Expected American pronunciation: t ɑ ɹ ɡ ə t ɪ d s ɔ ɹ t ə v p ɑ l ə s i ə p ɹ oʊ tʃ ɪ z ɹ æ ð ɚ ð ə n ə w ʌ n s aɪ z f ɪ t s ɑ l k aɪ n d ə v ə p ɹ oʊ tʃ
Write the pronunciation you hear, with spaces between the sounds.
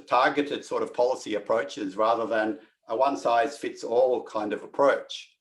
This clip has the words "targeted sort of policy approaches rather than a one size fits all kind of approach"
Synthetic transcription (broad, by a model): t ɑ ɹ ɡ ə t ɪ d s ɔ ɹ t ə v p ɑ l ə s i ə p ɹ oʊ tʃ ɪ z ɹ æ ð ɚ ð ə n ə w ʌ n s aɪ z f ɪ t s ɑ l k aɪ n d ə v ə p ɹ oʊ tʃ